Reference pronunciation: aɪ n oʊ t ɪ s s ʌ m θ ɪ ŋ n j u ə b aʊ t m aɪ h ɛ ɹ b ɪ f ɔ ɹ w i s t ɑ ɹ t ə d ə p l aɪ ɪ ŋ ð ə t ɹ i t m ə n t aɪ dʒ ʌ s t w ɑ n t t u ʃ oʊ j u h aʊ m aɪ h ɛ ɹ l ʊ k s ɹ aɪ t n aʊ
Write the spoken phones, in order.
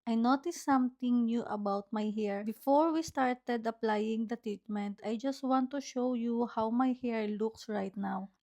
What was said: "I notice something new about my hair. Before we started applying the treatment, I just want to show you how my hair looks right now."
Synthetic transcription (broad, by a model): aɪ n oʊ t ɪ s s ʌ m t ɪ ŋ n j u ə b aʊ t m aɪ h ɛ ɹ b ɪ f ɔ ɹ w i s t ɑ ɹ t ə d ə p l aɪ ɪ ŋ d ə t ɹ i t m ə n t aɪ dʒ ʌ s t w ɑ n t t u ʃ oʊ j u h aʊ m aɪ h ɛ ɹ l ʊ k s ɹ aɪ t n aʊ